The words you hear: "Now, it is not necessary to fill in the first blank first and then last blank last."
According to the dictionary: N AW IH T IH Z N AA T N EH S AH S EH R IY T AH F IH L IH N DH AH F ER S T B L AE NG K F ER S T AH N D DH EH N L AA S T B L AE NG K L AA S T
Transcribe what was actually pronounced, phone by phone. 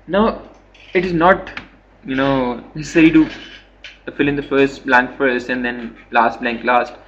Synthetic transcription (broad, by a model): N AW IH T IH Z N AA T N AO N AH S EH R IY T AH F IH L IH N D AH F ER S T B L AE NG K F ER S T AH N D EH N L AA S T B L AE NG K L AA S T